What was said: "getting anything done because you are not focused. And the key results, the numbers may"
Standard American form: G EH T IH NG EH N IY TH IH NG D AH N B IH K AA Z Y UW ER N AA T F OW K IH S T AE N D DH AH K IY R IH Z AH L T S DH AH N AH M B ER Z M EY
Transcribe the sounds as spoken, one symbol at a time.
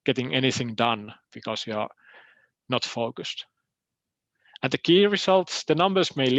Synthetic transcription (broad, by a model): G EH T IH NG EH N IY TH IH NG D AH N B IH K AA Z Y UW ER N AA T F OW K IH S T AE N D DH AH K IY R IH S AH L T S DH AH N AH M B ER S M EY